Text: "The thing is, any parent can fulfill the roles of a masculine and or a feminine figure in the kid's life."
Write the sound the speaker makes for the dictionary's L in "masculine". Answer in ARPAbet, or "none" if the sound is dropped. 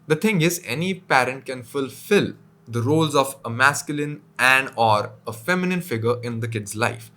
L